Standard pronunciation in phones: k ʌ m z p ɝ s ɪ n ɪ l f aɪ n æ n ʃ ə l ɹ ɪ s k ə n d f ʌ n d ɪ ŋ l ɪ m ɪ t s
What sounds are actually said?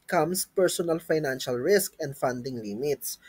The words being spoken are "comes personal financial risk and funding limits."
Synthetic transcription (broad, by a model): k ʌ m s p ɝ s ɪ n ɪ l f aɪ n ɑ n ʃ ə l ɹ ɪ s k ə n d f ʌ n d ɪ ŋ l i m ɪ t s